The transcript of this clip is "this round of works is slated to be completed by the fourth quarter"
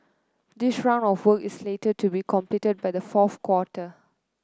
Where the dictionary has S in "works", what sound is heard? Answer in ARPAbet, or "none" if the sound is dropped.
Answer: none